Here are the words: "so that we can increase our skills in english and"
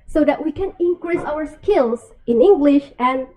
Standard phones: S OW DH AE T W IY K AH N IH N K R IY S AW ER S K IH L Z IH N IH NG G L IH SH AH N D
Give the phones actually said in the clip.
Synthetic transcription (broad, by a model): S OW DH AE T W IY K AH N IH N K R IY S AW ER S K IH L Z IH N IH NG G L IH SH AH N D